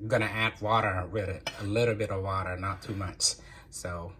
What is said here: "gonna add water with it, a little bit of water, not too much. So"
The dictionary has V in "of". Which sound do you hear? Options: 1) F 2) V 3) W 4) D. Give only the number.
2